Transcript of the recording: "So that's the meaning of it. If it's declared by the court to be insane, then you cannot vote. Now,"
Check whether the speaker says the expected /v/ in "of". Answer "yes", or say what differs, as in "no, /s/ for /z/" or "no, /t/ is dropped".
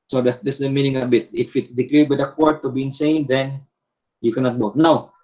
no, /b/ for /v/